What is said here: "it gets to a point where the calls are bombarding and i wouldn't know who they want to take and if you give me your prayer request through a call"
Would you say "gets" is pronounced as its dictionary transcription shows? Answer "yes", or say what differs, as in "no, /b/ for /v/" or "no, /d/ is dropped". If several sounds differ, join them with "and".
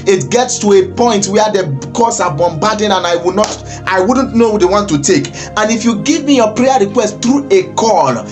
yes